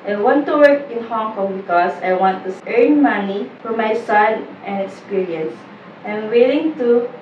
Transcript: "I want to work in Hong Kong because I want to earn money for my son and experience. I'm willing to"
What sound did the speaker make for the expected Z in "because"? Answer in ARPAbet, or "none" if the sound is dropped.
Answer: S